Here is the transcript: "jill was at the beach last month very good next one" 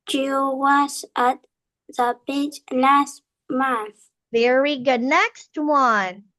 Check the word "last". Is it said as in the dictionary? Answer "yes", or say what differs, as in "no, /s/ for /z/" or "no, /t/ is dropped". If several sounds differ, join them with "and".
no, /n/ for /l/